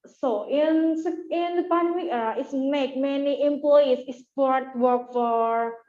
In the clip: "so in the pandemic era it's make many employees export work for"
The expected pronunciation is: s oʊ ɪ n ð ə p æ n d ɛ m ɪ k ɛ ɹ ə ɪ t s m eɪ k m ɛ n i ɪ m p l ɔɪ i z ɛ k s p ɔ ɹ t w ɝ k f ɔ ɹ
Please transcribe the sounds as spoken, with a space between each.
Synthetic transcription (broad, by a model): s oʊ ɪ n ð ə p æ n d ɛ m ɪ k ɛ ɹ ə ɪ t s m eɪ k m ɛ n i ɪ m p l ɔɪ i s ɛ s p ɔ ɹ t w ɝ k f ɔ ɹ